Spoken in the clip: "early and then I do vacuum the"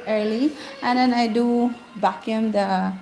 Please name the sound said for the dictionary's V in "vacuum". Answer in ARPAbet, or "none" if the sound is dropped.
B